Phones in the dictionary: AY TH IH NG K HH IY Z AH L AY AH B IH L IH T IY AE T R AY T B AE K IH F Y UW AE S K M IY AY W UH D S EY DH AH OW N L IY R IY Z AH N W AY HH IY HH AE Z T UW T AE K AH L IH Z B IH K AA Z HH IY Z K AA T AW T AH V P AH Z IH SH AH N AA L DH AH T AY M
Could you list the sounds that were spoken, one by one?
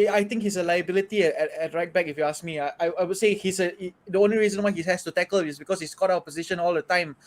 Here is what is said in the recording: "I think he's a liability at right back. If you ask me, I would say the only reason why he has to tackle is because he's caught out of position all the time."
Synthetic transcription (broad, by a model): AY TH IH NG K HH IY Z AH L AY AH B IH L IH T IY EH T R AY T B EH K IH F Y UW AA S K M IY AY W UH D S EY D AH OW N L IY R IY Z AH N W AY HH IY HH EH S T UW T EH K AH L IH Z B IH K AA S HH IY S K AA T AW AH P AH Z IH SH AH N AA L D AH T AY M